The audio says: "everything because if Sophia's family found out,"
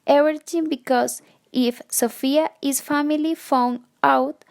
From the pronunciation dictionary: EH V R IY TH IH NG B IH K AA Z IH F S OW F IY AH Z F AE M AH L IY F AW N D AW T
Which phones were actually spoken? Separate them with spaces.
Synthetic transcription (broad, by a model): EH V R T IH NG B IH K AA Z IH F S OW F IY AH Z F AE M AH L IY F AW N AW T